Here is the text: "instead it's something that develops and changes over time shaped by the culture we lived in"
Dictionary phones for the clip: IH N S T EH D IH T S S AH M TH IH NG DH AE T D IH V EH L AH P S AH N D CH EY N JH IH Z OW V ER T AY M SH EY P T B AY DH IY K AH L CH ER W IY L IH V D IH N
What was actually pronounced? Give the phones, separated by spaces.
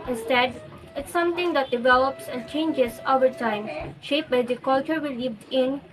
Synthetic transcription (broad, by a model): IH N S T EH D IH T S S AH M T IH NG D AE T D IH V EH L AH P S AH N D CH EY N JH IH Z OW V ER T AY M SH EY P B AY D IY K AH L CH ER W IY L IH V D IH N